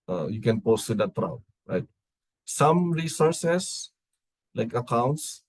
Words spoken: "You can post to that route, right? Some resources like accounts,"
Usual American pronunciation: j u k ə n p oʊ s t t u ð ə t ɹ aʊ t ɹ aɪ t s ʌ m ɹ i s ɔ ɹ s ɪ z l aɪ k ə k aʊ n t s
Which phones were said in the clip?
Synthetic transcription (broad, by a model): j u k ə n p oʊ s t t u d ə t ɹ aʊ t ɹ aɪ t s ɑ m ɹ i s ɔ ɹ s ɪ s l aɪ k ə k aʊ n t s